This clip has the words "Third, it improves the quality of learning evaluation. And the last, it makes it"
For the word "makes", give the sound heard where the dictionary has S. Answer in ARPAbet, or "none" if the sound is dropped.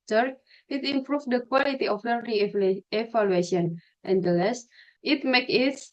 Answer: none